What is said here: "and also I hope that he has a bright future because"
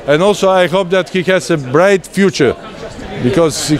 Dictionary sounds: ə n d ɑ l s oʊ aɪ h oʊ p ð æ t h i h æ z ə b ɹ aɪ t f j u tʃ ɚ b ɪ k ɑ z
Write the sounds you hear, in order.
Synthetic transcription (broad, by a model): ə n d ɑ l s oʊ aɪ h oʊ p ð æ t h i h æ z ə b ɹ aɪ t f j u tʃ ɚ b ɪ k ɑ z